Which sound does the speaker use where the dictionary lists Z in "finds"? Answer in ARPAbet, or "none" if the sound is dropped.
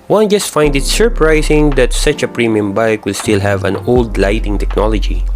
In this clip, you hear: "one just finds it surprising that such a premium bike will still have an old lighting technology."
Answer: none